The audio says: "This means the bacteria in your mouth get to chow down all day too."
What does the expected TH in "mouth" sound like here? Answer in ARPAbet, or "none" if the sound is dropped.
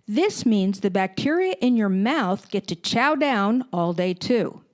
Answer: TH